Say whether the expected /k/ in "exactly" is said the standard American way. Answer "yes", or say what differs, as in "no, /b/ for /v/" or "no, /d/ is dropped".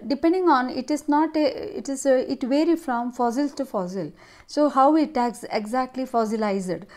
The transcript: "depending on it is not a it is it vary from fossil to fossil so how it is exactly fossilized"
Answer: yes